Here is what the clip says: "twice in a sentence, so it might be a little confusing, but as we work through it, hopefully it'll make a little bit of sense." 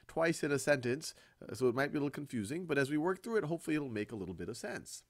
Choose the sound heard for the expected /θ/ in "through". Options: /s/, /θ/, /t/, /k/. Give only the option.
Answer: /θ/